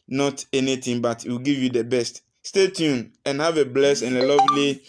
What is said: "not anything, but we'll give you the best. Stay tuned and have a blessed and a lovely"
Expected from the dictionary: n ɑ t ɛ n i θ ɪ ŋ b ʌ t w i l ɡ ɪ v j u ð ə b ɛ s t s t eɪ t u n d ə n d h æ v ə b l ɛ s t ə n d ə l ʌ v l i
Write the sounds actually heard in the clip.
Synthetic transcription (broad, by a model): n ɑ t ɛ n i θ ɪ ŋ b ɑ t w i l ɡ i v j u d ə b ɛ s t s t eɪ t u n ə n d h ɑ v ə b l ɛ s ə n ə l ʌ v l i